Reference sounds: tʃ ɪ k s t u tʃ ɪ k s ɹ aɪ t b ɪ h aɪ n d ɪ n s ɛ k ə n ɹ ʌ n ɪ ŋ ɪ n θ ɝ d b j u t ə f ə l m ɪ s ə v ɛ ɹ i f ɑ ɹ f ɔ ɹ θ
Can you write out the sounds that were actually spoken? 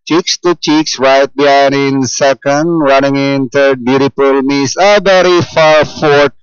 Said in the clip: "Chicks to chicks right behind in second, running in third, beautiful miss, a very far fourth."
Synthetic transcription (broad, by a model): tʃ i k s t u tʃ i k s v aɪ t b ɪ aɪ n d ɪ n s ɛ k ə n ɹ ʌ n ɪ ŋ ɪ n t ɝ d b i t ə p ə l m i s ə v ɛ ɹ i f ɑ ɹ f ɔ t